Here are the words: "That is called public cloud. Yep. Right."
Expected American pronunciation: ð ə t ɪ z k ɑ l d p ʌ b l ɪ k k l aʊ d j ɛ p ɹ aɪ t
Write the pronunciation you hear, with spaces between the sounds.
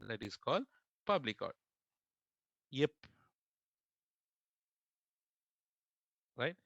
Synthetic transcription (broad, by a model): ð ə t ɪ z k ɑ l d p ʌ b l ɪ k k aʊ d j ɛ p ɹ aɪ t